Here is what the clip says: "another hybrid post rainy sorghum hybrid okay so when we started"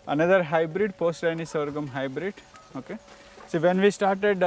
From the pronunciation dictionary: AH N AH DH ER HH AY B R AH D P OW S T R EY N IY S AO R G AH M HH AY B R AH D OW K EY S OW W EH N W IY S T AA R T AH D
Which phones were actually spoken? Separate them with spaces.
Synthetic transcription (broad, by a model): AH N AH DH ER HH AY B R AH D P OW S T L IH N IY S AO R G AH M HH AY B R AH D OW K EY S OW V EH N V IY S T AA R T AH D